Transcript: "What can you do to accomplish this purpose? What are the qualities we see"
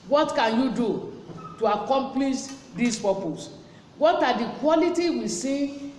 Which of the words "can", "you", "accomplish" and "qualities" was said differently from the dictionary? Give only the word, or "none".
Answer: qualities